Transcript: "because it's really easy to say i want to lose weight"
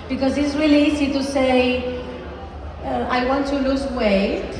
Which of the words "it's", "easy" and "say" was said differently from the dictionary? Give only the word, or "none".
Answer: easy